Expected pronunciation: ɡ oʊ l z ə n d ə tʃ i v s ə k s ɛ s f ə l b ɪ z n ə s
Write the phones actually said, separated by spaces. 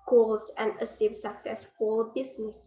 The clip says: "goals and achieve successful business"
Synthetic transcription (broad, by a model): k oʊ l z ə n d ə s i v s ə k s ɛ s f ə l b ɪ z n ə s